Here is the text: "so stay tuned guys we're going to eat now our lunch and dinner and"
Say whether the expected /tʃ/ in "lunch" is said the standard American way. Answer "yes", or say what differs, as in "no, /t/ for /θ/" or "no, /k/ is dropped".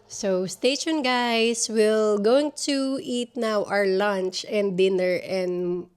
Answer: yes